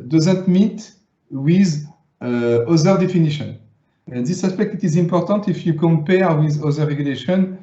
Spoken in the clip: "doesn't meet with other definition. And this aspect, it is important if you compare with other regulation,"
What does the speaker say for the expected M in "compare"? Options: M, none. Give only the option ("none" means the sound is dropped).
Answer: M